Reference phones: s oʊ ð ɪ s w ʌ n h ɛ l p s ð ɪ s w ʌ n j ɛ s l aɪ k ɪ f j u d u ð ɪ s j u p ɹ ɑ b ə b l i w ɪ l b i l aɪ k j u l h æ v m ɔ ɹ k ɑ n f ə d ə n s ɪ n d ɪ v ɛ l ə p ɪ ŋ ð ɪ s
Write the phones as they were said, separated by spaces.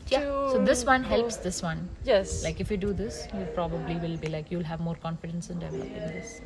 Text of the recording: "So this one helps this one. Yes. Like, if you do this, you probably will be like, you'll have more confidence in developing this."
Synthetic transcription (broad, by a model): s oʊ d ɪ s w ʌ n h ɛ l p s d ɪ s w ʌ n j ɛ s l aɪ k ɪ f j u d u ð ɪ s j u p ɹ ɑ b ə b l i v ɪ l b i l aɪ k j u l h æ v m ɔ ɹ k ɑ n f ə d ə n s ɪ n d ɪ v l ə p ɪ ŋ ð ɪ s